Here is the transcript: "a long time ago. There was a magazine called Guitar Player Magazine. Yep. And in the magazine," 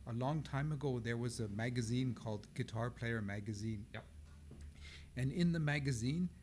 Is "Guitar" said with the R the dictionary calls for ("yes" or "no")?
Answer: yes